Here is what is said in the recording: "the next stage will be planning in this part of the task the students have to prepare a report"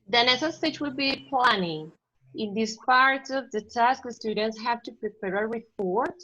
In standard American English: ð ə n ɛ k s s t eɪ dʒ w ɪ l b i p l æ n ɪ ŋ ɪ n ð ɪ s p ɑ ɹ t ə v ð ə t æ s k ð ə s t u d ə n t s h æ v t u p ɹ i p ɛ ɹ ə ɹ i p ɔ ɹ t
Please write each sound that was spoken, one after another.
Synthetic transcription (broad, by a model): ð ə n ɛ s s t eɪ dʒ w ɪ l b i p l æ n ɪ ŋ ɪ n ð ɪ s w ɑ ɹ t ə v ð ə t æ s k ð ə s t u d ə n t s h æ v t u p ɹ i p ɛ ɹ ə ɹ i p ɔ ɹ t